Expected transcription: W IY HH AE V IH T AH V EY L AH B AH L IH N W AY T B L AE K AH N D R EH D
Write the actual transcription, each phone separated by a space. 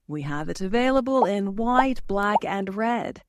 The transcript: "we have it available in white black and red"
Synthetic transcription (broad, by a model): W IY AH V IH T AH V EY L AH B AH L IH N W AY T B L AE K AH N R EH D